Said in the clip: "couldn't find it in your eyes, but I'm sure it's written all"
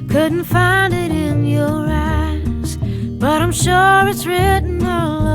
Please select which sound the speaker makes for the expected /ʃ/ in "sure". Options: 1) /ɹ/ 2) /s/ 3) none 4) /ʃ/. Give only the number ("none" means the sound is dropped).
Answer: 4